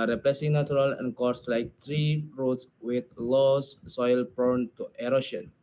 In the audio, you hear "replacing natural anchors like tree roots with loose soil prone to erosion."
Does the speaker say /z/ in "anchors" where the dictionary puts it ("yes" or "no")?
no